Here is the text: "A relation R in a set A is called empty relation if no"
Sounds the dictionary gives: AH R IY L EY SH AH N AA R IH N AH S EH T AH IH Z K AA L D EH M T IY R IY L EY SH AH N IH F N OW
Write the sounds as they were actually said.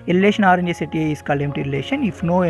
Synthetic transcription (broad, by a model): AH R IY L EY SH AH N AA R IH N AH S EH T AH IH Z K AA L EH M T IY R IY L EY SH AH N IH F N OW